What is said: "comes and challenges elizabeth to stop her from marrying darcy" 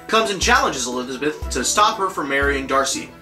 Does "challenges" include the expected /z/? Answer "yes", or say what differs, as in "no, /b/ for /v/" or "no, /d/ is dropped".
yes